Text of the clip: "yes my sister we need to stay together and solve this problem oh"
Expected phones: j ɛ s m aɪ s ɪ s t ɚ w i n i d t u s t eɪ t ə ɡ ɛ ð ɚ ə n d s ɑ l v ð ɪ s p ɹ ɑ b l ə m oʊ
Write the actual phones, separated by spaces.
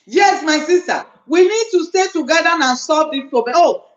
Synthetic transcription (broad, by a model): j ɛ s m aɪ s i s t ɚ w i n i d t u s t eɪ t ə ɡ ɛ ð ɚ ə n s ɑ v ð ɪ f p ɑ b ə oʊ